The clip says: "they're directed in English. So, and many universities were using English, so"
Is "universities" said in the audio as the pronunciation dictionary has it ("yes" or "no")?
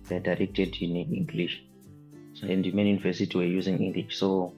no